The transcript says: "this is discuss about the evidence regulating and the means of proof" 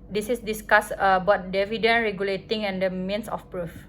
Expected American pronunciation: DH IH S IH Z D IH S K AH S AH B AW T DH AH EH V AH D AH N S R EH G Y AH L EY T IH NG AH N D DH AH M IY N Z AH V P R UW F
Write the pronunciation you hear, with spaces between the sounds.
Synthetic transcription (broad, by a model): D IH S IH S D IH S K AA S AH B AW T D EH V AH D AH N R EH G Y AH L EY T IH NG AH N D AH M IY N S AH F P R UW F